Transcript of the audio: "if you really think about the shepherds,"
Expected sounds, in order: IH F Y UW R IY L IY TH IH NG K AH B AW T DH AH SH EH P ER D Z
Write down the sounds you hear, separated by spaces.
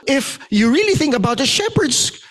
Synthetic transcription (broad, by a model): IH F Y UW R IY L IY TH IH NG K AH B AW T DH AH SH EH P ER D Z